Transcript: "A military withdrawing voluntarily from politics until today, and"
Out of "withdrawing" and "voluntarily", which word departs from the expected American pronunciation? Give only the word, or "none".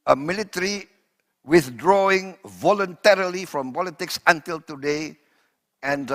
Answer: none